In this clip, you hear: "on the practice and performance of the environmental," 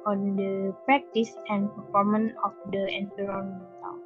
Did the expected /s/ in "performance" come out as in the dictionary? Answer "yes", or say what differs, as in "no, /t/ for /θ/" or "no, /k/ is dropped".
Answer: no, /s/ is dropped